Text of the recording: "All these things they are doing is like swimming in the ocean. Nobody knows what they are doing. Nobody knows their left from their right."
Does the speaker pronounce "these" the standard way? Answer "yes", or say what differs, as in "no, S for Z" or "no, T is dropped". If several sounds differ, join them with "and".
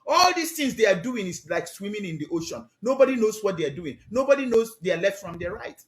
no, S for Z